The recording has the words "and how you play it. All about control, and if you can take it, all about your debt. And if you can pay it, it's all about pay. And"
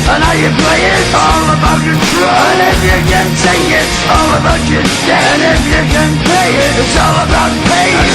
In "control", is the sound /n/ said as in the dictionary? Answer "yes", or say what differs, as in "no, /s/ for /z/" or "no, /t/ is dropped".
no, /n/ is dropped